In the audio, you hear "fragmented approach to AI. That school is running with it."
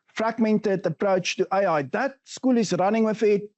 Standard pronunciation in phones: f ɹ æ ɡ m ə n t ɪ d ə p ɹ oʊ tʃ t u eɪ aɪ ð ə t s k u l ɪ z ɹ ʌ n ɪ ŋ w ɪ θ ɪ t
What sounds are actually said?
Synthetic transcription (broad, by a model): f ɹ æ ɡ m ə n t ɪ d ə p ɹ oʊ tʃ t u eɪ aɪ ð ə t s k u l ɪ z ɹ ʌ n ɪ ŋ w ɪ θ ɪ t